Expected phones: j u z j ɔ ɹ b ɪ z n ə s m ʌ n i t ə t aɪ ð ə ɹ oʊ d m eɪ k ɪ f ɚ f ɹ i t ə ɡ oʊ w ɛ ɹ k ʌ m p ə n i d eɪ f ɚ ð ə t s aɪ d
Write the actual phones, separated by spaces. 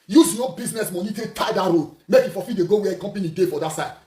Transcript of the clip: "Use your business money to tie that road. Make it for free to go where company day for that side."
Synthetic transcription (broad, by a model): j u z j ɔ b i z n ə s m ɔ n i t ə t aɪ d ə ɹ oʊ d m eɪ k ɪ f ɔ f i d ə ɡ oʊ w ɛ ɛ k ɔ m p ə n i d eɪ f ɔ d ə t s aɪ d